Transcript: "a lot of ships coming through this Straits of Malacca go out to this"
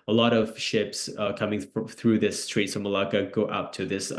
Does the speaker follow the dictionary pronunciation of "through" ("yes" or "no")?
yes